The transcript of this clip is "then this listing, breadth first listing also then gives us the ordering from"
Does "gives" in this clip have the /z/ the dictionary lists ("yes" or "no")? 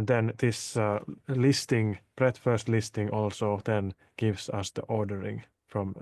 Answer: no